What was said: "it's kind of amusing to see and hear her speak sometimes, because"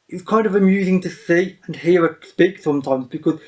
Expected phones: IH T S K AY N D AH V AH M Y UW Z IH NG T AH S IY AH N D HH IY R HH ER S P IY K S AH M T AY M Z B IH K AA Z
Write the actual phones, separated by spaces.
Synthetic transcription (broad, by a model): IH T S K AY N D AH V AH M Y UW Z IH NG T AH S IY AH N HH IY R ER S P IY K S AH M T AY M Z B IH K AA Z